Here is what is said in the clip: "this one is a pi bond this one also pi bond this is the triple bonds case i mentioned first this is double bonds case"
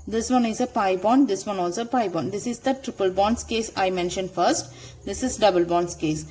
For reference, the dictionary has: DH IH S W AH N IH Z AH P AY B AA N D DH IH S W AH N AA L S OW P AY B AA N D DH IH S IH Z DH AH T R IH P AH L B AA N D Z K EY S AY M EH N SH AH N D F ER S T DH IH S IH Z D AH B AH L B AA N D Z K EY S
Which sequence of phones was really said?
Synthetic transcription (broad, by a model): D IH S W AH N IH Z AH P AY B AA N D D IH S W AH N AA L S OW P AY B AA N D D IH S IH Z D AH T R IH P AH L B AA N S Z K EY S AY M EH N SH AH N D F ER S T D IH S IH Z D AH B AH L B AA N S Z K EY S